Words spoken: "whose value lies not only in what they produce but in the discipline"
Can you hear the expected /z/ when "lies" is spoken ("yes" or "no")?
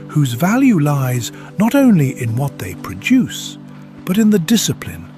yes